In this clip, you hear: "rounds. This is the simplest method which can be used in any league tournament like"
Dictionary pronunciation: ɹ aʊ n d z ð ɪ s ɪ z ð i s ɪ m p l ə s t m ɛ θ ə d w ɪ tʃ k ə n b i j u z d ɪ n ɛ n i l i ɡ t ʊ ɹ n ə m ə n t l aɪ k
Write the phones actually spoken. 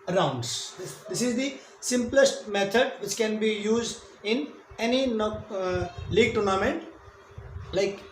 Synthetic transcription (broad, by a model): ɹ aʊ n d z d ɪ s ɪ z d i s ɪ m p l ə s t m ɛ t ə d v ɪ tʃ k ə n b i j u z d ɪ n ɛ n i l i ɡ t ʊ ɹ n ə m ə n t l aɪ k